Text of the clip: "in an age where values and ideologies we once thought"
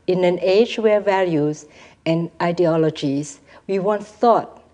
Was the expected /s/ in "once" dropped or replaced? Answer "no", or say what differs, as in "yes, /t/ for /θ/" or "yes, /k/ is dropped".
yes, /s/ is dropped